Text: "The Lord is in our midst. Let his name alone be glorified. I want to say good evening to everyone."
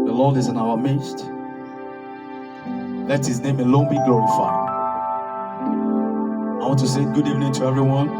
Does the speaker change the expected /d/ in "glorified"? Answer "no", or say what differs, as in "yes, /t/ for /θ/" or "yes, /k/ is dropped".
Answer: yes, /d/ is dropped